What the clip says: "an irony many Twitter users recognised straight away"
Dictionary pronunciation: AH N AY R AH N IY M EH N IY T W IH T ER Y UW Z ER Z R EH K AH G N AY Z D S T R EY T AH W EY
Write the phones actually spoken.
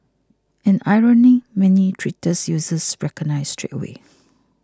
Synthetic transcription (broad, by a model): AH N AY R AH N IY M EH N IY T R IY T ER Y UW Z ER S R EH K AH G N AY S T R EY T W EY